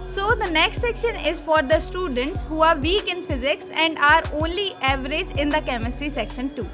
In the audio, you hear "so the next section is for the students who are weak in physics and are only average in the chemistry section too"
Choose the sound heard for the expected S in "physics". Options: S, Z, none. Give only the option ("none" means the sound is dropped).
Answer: S